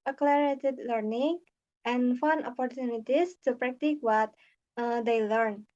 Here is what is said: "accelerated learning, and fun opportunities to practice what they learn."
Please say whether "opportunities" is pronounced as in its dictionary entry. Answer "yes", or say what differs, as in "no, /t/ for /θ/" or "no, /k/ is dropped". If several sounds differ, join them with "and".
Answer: no, /s/ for /z/